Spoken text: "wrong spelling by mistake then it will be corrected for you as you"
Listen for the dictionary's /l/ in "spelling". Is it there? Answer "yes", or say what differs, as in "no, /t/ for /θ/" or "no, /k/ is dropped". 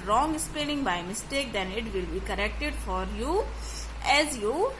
no, /n/ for /l/